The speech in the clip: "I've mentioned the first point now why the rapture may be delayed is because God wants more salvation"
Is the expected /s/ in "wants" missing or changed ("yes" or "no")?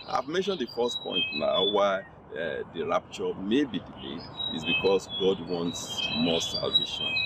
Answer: no